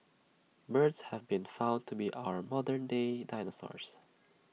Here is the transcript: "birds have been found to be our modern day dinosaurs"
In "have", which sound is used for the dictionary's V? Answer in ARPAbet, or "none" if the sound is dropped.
V